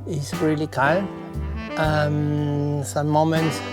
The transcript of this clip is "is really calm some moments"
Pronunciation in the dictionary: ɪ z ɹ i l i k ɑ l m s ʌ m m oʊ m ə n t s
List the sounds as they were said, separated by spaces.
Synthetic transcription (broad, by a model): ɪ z ɹ i l i k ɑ n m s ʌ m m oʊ m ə n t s